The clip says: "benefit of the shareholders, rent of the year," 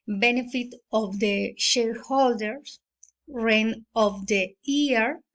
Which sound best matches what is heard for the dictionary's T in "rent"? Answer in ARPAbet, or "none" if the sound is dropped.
none